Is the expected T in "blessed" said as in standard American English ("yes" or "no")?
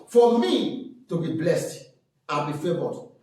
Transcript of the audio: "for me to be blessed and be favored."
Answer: yes